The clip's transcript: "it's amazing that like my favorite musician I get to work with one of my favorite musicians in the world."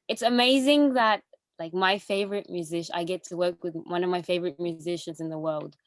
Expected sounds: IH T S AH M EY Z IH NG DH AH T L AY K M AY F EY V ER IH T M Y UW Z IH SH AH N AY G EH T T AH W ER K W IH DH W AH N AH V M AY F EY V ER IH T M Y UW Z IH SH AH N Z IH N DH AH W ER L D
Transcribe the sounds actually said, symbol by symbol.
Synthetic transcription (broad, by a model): IH T S AH M EY Z IH NG DH AH T L AY K M AY F EY V ER IH T M Y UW Z IH SH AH IH G EH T T AH W ER K W IH DH W AH N AH V M AY F EY V ER IH T M Y UW Z IH SH AH N Z IH N DH AH W ER L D